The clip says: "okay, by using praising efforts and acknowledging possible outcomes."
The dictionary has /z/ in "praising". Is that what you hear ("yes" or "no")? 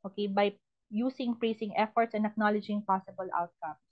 no